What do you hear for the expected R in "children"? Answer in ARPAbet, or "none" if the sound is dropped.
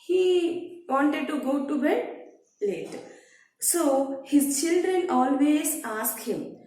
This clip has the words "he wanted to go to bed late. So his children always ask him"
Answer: R